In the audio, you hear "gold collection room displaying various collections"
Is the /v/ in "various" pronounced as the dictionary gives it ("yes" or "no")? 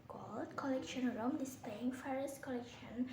no